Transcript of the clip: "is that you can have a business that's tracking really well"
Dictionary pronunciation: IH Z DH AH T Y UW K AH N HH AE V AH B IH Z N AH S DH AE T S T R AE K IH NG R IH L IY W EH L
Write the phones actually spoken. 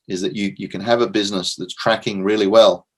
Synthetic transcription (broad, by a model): IH Z DH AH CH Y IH K AH N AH V AH B IH Z N AH S DH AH T S T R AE K IH NG R IH L IY W EH L